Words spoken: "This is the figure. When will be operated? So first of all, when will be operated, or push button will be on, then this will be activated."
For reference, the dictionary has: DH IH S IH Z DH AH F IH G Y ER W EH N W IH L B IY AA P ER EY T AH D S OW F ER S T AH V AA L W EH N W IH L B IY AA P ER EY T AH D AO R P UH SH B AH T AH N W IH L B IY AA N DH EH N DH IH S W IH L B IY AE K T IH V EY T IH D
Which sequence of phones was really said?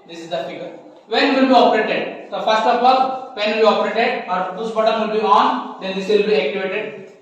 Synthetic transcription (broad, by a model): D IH S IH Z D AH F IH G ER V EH N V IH L B IY AA P ER EY T AH D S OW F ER S T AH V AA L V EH N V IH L B IY AA P ER EY T AH D AO R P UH S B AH T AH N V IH L B IY AA N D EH N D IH S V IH L B IY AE K T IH V EY T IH D